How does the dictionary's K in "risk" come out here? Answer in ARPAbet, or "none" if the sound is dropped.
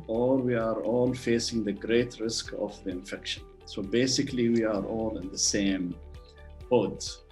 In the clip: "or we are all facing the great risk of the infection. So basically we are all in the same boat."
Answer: K